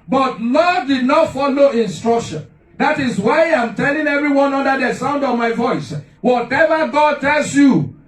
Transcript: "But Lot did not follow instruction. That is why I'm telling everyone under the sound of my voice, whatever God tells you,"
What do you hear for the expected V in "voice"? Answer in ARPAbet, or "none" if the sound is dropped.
V